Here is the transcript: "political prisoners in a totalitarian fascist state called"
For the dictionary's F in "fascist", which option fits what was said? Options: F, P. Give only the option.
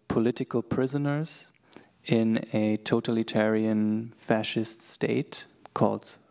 F